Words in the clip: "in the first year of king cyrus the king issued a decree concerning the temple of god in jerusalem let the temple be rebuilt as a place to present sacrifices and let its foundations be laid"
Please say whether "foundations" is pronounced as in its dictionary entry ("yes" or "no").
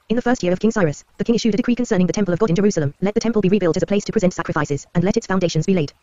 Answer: yes